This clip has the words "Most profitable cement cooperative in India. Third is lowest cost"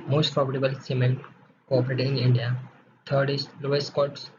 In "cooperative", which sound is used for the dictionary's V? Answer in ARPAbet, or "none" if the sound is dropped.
none